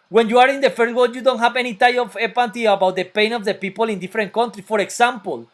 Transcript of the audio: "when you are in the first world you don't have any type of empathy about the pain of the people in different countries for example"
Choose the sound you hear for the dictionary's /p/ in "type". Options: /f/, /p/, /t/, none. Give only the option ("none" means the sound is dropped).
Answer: none